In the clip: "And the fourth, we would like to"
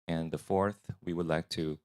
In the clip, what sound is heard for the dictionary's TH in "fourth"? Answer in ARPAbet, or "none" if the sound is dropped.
TH